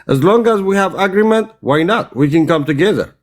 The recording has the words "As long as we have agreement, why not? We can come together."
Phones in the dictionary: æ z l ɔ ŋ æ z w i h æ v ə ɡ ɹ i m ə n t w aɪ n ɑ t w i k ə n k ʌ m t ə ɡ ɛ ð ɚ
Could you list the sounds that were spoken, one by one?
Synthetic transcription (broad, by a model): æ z l ɔ ŋ æ z w i h æ v ə ɡ ɹ i m ə n t w aɪ n ɑ t w i k ə n k ʌ m t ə ɡ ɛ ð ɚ